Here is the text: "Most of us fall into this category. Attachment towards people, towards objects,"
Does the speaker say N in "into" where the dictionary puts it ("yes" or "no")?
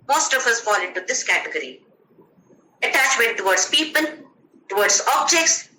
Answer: yes